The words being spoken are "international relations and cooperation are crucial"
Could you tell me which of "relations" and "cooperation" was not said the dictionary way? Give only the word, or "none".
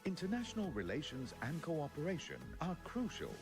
none